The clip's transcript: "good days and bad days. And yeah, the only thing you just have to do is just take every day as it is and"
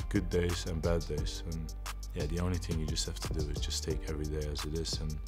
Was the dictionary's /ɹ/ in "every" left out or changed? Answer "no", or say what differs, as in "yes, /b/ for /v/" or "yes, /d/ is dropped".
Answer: no